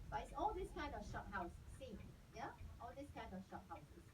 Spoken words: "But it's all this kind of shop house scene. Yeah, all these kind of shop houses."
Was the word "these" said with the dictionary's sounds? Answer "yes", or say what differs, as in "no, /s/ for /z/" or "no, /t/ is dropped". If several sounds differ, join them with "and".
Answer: no, /s/ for /z/